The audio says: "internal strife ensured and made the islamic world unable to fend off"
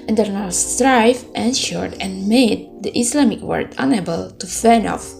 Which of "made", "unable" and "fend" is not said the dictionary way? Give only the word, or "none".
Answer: fend